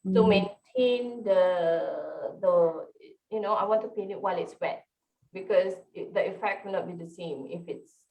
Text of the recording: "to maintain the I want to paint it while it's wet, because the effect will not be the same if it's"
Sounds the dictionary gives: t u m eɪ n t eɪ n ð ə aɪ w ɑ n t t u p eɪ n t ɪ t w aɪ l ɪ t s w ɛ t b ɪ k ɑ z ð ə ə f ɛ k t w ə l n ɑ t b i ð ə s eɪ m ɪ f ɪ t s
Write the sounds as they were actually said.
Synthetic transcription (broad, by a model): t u m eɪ n t eɪ n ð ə aɪ w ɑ n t t u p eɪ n ɪ t w aɪ l ɪ t s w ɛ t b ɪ k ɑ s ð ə ə f ɛ k t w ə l n ɑ t b i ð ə s eɪ m ɪ f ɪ t s